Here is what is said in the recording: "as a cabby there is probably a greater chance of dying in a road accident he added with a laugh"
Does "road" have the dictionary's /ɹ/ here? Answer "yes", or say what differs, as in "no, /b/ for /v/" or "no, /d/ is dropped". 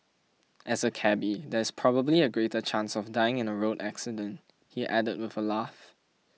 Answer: yes